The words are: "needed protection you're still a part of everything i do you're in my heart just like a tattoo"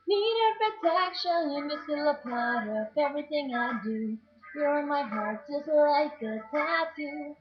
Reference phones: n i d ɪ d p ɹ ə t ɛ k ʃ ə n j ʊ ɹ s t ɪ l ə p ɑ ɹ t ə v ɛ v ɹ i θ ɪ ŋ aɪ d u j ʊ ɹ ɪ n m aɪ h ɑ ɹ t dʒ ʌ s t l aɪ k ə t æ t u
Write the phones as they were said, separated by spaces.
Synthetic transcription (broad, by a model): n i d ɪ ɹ p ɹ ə t ɛ k ʃ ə n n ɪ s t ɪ l ə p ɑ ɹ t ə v ɛ v ɹ i θ ɪ ŋ aɪ d u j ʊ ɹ ɪ n m aɪ h ɑ ɹ t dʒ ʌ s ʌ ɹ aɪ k ə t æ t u